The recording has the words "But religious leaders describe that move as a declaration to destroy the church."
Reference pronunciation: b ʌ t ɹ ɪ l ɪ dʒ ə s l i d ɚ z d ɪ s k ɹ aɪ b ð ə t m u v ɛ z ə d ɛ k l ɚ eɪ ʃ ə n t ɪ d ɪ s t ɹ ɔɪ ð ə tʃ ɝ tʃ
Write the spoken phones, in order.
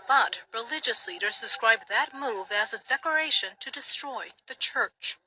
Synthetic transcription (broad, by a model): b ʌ t ɹ ɪ l ɪ dʒ ə s l i d ɚ z d ɪ s k ɹ aɪ b ð ə t m u v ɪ z ə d ɛ k ɚ eɪ ʃ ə n t ɪ d ɪ s t ɹ ɔɪ ð ə tʃ ɝ tʃ